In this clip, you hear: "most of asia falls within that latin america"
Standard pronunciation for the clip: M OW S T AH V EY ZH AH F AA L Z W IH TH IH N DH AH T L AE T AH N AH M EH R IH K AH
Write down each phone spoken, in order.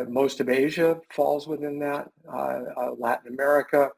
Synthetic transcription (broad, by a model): M OW S T AH V EY ZH AH F AA L Z W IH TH IH N DH AH T L AE T N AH M EH R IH K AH